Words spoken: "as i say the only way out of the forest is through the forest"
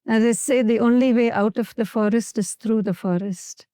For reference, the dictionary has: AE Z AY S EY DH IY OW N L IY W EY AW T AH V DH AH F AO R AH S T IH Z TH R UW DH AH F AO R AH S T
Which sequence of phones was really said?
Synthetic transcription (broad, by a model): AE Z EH S EY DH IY OW N L IY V EY AW T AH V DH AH F AO R AH S T IH Z T R UW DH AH F AO R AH S T